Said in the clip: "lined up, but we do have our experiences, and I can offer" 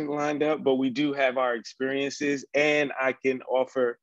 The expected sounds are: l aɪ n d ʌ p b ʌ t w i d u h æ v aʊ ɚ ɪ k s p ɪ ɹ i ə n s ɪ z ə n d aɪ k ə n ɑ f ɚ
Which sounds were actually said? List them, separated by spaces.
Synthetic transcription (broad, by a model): l aɪ n d ʌ p b ʌ t w i d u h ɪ v aʊ ɚ ɪ k s p ɪ ɹ i ə n s ɪ z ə n aɪ k ə n ɑ f ɚ